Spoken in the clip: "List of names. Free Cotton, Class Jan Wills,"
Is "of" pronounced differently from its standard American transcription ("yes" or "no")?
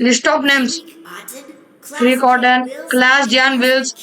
yes